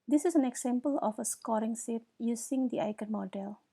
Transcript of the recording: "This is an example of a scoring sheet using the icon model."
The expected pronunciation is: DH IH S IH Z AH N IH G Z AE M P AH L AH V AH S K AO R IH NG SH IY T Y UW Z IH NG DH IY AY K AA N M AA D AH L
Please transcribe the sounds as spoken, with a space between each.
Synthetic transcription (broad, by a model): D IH S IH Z AH N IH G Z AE M P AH L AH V AH S K AO R IH NG S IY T Y UW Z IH NG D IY AY K AA N M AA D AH L